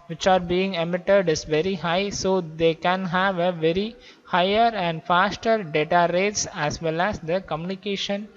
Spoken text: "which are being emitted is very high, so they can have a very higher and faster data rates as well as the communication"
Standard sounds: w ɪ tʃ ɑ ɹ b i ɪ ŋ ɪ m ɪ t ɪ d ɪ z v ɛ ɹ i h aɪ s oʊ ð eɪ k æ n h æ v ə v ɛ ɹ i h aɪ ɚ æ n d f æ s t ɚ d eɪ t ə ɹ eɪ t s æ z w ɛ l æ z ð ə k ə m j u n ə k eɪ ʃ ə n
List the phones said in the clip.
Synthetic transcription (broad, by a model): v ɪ tʃ ɑ ɹ b i ɪ ŋ ɪ m ɪ t ɪ d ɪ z v ɛ ɹ i h aɪ s oʊ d eɪ k æ n h æ v ə v ɛ ɹ i h aɪ ɚ æ n d f æ s t ɚ d eɪ t ə ɹ eɪ t s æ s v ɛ l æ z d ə k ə m j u n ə k eɪ ʃ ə n